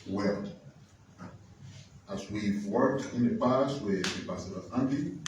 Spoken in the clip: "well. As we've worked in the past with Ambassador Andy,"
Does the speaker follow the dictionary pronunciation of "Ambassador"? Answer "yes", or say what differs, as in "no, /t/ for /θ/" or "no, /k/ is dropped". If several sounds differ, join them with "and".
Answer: no, /m/ is dropped